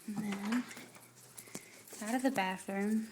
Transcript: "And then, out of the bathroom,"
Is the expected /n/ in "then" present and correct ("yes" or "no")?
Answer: no